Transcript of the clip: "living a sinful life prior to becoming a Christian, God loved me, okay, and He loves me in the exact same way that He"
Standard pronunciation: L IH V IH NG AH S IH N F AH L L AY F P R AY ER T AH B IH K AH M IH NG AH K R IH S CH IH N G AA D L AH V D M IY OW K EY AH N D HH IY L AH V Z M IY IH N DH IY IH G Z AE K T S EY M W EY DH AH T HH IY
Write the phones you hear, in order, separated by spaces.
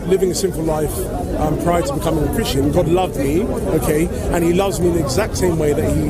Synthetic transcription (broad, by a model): L IH V IH NG AH S IH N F L L AY F P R AY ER T AH B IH K AH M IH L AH K R IH S CH IH N G AA D L AH V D M IY OW K EY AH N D IY L AH V Z M IY IH N DH IY IH G Z AE K T S EY M W EY DH AH T HH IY